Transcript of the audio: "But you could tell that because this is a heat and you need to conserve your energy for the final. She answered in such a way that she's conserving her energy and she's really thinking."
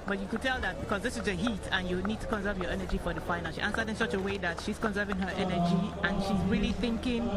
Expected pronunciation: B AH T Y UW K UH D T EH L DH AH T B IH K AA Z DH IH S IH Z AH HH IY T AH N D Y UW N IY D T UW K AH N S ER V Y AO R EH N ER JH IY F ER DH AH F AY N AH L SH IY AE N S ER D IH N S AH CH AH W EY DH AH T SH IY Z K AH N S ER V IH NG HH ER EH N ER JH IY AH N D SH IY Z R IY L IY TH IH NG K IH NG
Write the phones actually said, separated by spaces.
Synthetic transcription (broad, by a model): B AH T Y UW K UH D T EH L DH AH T B IH K AA Z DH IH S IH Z AH HH IY T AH N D Y UW N IY D T UW K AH N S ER V Y AO R EH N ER JH IY F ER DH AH F AY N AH N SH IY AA N S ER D IH N S AH CH AH W EY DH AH T SH IY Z K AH N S ER V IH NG HH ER EH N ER JH IY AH N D SH IY Z R IY L IY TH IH NG K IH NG